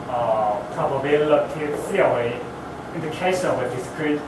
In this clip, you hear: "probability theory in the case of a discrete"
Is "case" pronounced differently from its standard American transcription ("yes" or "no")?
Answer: yes